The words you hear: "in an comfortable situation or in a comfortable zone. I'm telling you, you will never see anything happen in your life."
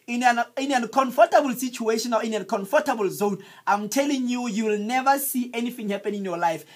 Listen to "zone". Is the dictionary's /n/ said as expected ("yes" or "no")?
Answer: yes